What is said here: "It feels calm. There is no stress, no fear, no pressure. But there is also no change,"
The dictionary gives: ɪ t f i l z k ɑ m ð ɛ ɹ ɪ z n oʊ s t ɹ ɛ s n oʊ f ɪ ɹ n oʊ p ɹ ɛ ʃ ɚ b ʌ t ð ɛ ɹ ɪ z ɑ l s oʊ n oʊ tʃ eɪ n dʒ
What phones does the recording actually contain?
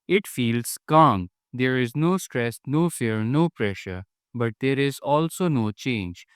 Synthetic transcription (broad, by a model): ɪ t f i l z k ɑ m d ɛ ɹ ɪ z n oʊ s t ɹ ɛ s n oʊ f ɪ ɹ n oʊ p ɹ ɛ ʃ ɚ b ʌ t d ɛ ɹ ɪ z ɑ l s oʊ n oʊ tʃ eɪ n dʒ